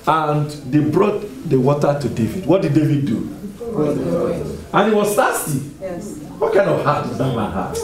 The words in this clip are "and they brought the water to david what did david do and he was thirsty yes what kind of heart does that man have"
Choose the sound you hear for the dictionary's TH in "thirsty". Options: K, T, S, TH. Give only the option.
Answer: T